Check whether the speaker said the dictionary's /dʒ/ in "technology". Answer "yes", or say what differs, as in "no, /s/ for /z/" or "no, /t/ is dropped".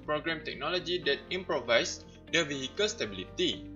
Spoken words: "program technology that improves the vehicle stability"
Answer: yes